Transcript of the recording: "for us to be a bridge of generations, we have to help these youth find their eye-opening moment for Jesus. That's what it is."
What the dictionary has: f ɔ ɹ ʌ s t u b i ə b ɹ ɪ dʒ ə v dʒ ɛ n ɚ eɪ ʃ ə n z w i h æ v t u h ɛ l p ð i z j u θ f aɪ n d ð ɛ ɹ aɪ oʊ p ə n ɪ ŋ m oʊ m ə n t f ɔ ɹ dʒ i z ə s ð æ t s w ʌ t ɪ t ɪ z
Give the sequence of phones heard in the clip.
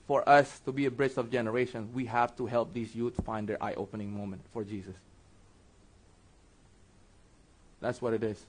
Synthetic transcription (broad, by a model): f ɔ ɹ ʌ s t u b i ə b ɹ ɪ tʃ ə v dʒ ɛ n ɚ eɪ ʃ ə n s w i h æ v t u h ɛ l p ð i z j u t f aɪ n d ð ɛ ɹ aɪ oʊ p ə n ɪ ŋ m oʊ m ə n t f ɔ ɹ dʒ i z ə s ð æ t s w ʌ t ɪ t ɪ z